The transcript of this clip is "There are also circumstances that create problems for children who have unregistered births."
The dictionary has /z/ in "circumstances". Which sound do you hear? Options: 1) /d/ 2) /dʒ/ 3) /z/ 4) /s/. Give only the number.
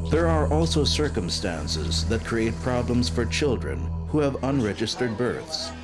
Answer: 3